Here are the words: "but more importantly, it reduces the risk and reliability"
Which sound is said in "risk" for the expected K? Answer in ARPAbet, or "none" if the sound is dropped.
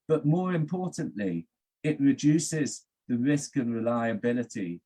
K